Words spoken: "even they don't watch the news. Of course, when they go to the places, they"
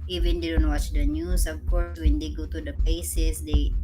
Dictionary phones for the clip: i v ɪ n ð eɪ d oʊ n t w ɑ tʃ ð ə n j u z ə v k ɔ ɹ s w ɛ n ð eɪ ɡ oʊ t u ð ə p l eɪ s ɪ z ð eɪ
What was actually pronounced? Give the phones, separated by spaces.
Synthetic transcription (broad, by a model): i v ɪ n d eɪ d oʊ n t w ɑ tʃ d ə n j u s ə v k ɔ ɹ s w ɛ n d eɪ ɡ oʊ t u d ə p eɪ s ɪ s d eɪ